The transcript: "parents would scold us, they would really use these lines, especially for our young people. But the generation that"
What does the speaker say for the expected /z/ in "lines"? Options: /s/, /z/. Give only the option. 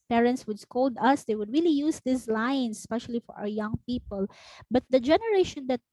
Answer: /s/